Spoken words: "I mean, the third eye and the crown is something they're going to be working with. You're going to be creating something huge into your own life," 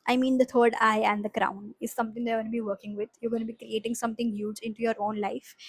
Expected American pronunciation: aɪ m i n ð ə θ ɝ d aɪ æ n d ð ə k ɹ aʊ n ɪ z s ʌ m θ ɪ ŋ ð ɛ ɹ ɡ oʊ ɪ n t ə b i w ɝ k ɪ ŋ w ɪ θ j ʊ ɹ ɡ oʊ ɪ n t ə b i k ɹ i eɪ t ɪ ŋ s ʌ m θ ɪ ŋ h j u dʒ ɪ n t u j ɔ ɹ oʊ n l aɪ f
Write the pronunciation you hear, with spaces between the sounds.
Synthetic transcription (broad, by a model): aɪ m i n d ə t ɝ d aɪ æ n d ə k ɹ aʊ n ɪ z s ʌ m t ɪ ŋ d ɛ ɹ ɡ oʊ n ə b i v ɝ k ɪ ŋ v ɪ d j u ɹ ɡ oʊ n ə b i k ɹ i eɪ t ɪ ŋ s ʌ m t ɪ ŋ h j u dʒ ɪ n t u j ɔ ɹ oʊ n l aɪ f